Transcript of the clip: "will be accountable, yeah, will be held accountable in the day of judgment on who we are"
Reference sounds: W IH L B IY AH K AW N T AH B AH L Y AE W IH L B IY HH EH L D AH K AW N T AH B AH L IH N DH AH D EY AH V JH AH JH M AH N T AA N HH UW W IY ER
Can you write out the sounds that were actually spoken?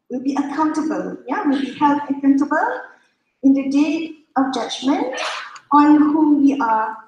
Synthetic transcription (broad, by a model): W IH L B IY AH K AW N T AH B AH L Y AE W IH L B IY HH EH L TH AH K AW N T AH B AH L IH N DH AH D EY AH V JH AH JH M AH N T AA N HH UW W IY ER